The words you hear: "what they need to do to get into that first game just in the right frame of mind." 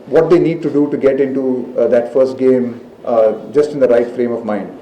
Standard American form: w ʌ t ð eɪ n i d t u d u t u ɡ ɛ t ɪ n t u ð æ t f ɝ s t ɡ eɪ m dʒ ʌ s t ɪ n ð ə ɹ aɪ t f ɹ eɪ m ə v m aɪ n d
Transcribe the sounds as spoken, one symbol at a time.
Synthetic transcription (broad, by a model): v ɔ t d eɪ n i d t u d u t u ɡ ɛ t ɪ n t u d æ t f ɝ s t ɡ eɪ m dʒ ʌ s t ɪ n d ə ɹ aɪ t f ɹ eɪ m ə v m aɪ n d